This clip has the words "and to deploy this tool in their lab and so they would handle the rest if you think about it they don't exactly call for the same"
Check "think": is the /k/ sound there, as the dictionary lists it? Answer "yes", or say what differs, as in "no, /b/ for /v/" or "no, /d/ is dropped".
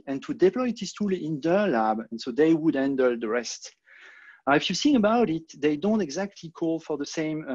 no, /k/ is dropped